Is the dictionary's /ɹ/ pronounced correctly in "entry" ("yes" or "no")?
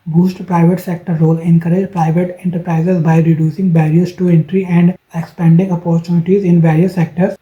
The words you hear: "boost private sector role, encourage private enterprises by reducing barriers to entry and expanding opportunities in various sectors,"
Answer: yes